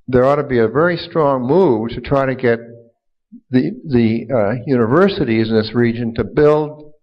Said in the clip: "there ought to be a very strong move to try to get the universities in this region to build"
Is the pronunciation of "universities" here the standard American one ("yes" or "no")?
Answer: yes